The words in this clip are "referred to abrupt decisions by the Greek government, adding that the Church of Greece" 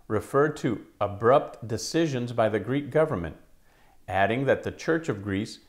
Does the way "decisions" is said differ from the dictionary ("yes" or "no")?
no